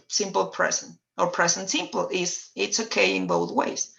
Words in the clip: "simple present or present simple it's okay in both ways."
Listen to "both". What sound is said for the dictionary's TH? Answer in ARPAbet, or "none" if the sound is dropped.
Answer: TH